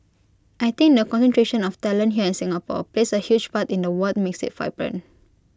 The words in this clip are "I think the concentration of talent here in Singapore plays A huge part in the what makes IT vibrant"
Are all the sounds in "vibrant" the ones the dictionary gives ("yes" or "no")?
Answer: no